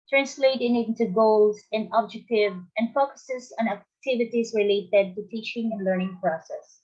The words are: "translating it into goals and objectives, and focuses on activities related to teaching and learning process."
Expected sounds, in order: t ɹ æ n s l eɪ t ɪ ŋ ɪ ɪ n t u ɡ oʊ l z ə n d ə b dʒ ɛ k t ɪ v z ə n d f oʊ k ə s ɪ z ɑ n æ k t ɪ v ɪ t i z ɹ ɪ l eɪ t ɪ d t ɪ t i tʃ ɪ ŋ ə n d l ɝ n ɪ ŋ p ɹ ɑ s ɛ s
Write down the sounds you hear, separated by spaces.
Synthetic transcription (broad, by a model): t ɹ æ n s l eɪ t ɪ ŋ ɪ ɪ n t u ɡ oʊ l z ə n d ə b dʒ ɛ k t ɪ v ə n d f oʊ k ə s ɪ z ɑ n æ k t ɪ v ɪ t i z ɹ ɪ l eɪ t ɪ d t ɪ t i tʃ ɪ ŋ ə n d l ɝ n ɪ ŋ p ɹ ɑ s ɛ s